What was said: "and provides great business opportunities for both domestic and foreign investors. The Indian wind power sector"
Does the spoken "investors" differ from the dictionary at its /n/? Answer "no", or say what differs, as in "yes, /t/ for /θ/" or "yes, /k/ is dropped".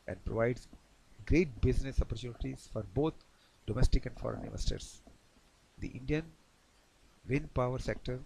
yes, /n/ is dropped